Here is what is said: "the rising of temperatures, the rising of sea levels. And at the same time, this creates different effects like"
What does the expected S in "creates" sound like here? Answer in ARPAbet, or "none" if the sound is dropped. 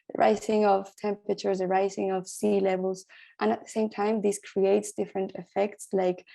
S